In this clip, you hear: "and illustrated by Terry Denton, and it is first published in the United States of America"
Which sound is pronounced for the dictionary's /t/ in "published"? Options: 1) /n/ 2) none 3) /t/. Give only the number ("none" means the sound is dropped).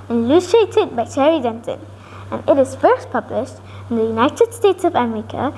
3